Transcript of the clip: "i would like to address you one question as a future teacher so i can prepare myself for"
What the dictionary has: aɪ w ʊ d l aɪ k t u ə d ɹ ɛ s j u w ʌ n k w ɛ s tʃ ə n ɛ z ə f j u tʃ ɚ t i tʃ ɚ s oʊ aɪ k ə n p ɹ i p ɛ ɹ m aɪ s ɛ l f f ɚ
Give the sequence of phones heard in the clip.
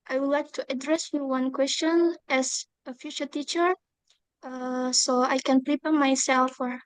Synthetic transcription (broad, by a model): aɪ w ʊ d l aɪ k t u ə d ɹ ɛ s j u w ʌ n k w ɛ s tʃ ə n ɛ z ə f j u tʃ ɚ t i tʃ ɚ s oʊ aɪ k ə n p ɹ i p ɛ m aɪ s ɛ l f f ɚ